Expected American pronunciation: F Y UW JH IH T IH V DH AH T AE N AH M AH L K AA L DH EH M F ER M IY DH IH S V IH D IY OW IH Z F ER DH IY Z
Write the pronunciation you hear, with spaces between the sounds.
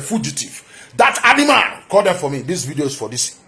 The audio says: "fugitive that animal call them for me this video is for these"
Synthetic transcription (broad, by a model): F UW JH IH T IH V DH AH T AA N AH M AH N K AA L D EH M F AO M IY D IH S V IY D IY OW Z F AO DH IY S